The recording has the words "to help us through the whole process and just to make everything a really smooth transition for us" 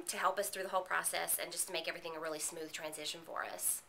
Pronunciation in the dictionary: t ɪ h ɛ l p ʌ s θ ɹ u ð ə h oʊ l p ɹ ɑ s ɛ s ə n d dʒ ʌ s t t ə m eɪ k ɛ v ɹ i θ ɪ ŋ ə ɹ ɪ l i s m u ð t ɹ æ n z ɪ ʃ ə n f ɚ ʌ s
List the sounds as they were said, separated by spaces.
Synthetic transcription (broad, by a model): t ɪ h ɛ l p ʌ s θ ɹ u ð ə h oʊ l p ɹ ɑ s ɛ s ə n dʒ ʌ s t t ə m eɪ k ɛ v ɹ i θ ɪ ŋ ə ɹ ɪ l i s m u ð t ɹ æ n z ɪ ʃ ə n f ɚ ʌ s